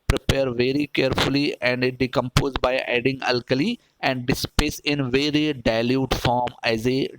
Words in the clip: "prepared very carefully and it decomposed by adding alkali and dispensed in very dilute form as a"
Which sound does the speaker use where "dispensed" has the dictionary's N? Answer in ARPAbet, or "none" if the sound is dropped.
none